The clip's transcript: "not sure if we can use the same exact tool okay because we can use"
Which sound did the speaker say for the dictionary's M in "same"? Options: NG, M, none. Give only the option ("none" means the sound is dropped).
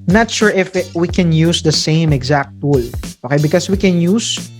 M